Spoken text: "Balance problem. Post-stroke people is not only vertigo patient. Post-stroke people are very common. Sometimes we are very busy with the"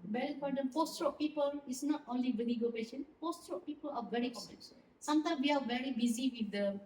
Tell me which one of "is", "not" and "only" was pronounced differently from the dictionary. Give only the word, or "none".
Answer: is